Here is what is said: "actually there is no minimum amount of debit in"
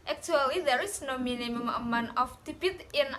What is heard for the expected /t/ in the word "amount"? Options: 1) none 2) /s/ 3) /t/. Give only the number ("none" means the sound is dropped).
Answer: 1